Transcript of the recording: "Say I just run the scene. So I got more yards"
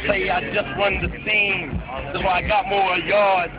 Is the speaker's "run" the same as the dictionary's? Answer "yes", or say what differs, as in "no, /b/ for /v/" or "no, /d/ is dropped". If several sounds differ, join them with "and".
no, /w/ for /ɹ/